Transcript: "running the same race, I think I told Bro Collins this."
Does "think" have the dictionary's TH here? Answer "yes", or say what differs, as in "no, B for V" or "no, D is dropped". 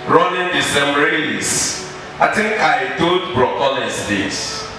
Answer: no, T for TH